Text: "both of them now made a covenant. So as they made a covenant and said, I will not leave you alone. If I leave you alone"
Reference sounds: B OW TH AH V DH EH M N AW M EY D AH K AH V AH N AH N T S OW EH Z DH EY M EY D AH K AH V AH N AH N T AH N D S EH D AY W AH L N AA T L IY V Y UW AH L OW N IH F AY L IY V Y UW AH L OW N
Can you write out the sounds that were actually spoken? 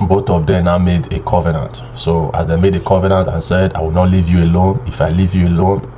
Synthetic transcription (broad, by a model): B OW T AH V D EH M N AW M EY D AH K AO V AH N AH N T S OW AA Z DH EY M EY D AH K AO V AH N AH N T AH N S EH D AY W AH L N AA T L IY V Y UW AH L OW N IH F AY L IY V Y UW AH L OW N